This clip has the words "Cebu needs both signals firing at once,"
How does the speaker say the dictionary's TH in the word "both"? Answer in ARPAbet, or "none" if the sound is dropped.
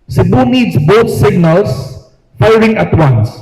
T